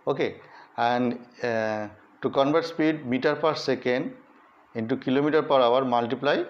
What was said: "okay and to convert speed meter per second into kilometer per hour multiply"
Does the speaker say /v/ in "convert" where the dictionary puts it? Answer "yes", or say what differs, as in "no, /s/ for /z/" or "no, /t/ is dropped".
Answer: no, /b/ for /v/